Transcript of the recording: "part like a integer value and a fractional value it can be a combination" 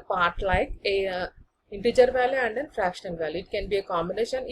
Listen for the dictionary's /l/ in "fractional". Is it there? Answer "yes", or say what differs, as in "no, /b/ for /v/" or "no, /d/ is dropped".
no, /n/ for /l/